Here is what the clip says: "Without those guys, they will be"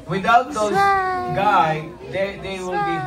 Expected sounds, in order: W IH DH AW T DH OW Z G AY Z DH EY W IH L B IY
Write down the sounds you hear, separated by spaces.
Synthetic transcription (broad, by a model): W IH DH AW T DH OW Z G AY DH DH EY W IH L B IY